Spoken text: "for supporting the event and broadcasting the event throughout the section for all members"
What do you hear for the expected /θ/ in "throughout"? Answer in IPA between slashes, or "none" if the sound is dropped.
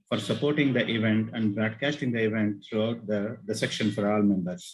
/t/